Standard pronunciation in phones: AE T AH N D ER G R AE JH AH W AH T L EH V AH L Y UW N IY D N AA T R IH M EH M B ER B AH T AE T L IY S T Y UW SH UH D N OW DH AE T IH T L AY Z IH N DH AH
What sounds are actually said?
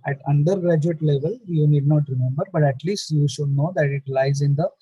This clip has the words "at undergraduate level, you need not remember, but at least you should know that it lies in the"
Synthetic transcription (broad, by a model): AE T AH N D ER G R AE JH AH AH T L EH V AH L Y UW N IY D N AA T R IH M EH M B ER B AH T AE T L IY S T Y UW SH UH D N OW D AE T IH T L AY Z IH N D AH